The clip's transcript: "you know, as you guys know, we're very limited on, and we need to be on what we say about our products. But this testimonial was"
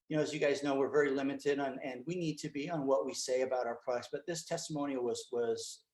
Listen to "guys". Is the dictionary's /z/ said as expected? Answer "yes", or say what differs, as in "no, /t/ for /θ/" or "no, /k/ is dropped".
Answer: yes